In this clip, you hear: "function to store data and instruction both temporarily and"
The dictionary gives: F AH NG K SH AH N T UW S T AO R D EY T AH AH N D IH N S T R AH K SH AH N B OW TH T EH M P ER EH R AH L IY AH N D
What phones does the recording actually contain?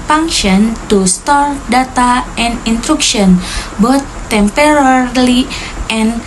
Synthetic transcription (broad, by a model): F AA NG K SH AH N T UW S T AO R D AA T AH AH N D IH N T R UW K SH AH N B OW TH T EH M P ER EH R L IY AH N